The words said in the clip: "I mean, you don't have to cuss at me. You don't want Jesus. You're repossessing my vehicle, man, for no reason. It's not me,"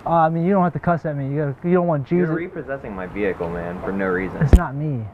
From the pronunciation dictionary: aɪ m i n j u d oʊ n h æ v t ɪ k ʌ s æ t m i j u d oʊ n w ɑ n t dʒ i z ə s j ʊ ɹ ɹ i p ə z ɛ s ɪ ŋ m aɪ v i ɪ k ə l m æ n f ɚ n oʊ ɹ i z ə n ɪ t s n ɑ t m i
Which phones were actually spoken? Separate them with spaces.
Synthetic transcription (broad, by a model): aɪ m i n j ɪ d oʊ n h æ f t ɪ k ʌ s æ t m i j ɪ d oʊ n w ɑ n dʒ i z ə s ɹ ɹ i p ə z ɛ s ɪ ŋ m aɪ v i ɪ k l m æ n f ɚ n oʊ ɹ i z ə n ɪ t s n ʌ t m i